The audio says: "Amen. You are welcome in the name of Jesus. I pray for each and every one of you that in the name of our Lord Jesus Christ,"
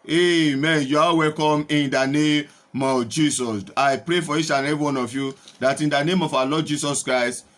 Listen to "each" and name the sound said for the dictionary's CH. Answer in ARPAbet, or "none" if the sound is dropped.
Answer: SH